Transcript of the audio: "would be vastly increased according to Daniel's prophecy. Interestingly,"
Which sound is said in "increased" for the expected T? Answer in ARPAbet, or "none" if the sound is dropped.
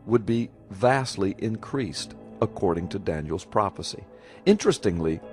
T